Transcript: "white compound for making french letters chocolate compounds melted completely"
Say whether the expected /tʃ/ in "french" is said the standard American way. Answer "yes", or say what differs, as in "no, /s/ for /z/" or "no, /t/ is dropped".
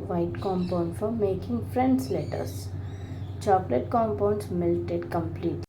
no, /s/ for /tʃ/